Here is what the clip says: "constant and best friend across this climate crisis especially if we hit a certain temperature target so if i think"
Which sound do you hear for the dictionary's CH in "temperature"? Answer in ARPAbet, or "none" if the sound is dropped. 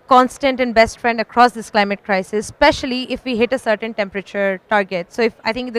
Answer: CH